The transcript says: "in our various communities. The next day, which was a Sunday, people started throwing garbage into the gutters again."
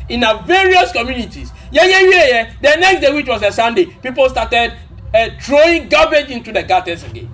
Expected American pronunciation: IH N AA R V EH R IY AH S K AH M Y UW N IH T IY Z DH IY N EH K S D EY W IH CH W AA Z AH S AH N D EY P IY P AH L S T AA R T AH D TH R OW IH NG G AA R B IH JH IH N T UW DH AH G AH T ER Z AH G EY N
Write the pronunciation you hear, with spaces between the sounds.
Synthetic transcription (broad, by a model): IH N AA V EH R IY AH S K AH M Y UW N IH T IY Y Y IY N EH K S D EY W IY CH W AA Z AH S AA N D EY P IY P AH L S T AA T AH D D R OW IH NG G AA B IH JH IH N T UW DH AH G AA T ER S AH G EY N